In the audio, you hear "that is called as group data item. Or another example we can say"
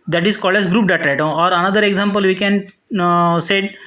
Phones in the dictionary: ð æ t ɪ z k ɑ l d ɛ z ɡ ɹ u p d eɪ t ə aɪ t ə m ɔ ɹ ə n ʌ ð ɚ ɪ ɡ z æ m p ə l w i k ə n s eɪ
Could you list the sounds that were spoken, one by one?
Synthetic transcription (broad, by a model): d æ t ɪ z k ɑ l d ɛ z ɡ ɹ u p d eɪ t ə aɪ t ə ɔ ɹ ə n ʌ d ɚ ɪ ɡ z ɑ m p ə l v i k ə n s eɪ